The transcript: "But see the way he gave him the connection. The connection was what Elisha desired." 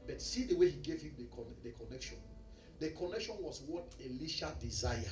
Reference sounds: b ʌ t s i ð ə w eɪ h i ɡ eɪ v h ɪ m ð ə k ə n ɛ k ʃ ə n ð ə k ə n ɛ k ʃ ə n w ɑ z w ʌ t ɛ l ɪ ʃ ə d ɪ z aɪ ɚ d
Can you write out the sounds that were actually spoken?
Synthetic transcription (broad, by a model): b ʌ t s i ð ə w eɪ h i ɡ eɪ v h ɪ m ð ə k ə n ɛ k ʃ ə n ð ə k ə n ɛ k ʃ ə n w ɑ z w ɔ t ɛ l ɪ ʃ ə d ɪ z aɪ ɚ